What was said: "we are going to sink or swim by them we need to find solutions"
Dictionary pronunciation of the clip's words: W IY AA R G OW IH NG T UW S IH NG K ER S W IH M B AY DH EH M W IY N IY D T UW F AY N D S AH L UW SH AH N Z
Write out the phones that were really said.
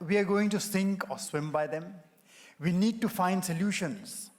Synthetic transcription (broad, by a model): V IY AA R G OW IH NG T UW S IH NG K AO S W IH M B AY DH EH M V IY N IY D T UW F AY N D S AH L UW SH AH N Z